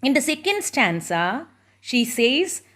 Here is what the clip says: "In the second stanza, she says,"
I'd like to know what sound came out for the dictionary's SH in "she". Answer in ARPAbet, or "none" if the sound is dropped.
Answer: SH